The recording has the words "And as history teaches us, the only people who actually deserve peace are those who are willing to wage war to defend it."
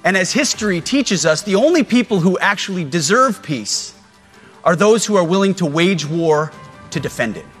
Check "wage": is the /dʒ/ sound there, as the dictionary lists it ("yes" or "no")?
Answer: yes